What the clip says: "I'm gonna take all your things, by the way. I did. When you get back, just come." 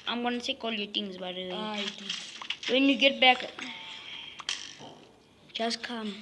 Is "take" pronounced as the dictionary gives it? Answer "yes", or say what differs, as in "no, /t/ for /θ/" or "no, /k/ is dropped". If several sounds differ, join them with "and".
no, /s/ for /t/